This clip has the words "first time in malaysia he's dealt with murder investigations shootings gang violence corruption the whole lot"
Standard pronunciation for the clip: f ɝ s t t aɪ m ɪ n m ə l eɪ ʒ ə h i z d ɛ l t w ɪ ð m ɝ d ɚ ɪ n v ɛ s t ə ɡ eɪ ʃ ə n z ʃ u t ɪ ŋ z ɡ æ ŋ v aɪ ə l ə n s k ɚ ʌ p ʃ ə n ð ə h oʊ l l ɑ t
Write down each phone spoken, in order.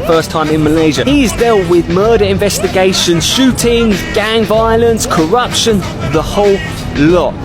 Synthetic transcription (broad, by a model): f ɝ s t t aɪ m ɪ n m ə l eɪ ʒ ə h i z d ɛ l t w ɪ ð m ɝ d ɚ ɪ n v ɛ s t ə ɡ eɪ ʃ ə n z ʃ u t ɪ ŋ z ɡ æ ŋ v aɪ ə l ə n s k ɚ ʌ p ʃ ə n ð ə h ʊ l l ɑ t